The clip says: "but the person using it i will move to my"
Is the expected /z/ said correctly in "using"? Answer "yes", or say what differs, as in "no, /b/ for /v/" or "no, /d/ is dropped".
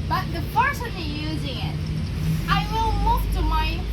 yes